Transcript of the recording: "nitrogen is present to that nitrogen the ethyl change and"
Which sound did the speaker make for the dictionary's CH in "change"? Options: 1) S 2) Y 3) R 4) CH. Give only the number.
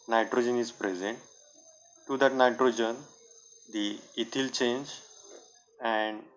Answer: 4